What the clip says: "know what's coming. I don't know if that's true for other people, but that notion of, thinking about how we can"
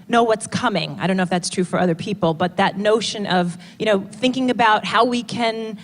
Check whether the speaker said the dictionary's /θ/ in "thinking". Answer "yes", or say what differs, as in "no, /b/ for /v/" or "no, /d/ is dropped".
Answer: yes